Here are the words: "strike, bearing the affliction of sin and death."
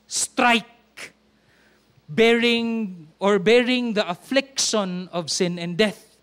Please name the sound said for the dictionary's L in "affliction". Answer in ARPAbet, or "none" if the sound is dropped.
L